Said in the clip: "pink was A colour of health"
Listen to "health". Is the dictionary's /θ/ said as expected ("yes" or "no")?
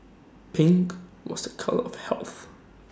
yes